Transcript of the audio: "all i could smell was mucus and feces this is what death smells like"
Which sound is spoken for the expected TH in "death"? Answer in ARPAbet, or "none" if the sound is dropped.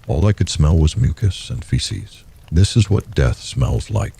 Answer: TH